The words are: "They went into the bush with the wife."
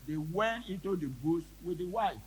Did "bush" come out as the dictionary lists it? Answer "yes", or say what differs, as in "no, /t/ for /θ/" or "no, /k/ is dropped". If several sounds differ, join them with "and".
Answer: no, /s/ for /ʃ/